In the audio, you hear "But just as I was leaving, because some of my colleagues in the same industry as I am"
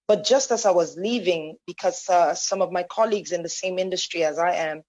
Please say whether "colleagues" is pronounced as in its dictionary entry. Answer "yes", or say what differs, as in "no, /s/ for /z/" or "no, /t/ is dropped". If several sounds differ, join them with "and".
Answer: yes